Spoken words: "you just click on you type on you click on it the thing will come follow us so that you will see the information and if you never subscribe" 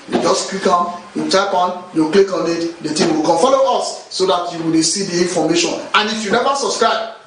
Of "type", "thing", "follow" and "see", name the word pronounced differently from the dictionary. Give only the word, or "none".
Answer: thing